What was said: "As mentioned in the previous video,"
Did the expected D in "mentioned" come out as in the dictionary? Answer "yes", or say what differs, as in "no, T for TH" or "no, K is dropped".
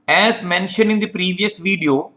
no, D is dropped